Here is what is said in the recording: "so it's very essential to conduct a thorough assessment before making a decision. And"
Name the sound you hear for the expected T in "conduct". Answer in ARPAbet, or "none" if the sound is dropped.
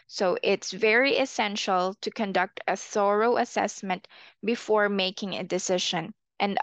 T